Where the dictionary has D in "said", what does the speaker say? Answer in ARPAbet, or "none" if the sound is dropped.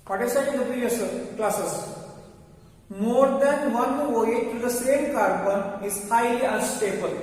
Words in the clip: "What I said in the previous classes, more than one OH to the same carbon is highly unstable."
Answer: none